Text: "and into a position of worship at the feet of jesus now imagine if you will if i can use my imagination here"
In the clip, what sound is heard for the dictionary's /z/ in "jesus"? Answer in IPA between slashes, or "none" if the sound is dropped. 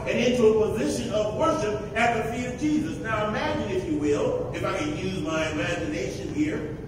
/z/